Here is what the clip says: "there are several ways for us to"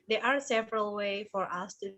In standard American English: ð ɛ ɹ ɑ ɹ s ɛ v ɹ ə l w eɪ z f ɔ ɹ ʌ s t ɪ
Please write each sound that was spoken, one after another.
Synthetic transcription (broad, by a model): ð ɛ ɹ ɑ ɹ s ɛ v ɹ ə l w eɪ f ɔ ɹ ʌ s t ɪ